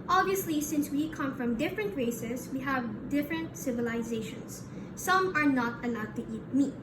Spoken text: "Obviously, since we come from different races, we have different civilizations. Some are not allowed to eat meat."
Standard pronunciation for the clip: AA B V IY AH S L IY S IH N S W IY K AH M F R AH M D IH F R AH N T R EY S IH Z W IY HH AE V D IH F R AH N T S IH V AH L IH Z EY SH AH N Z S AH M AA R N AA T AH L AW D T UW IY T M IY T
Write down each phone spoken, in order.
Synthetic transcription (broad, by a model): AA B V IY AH S L IY S IH N S W IY K AH M F R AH M D IH F R AH N T R EY S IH S W IY HH AE V D IH F R AH N T S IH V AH L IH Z EY SH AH N S AH M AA R N AA T AH L AW D T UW IY T M IY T